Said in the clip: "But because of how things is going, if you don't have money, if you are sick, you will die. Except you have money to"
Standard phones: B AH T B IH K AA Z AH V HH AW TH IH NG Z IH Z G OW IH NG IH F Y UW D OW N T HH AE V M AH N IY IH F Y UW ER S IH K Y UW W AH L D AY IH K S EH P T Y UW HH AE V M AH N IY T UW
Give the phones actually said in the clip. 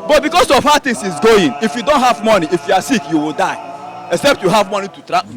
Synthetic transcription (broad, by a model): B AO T B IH K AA S AH V HH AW T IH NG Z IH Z G OW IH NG IH F Y UW D OW N T HH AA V M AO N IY IH F Y UW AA S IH K Y UW W AH L D AY IH K S EH P T Y UW HH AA V M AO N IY T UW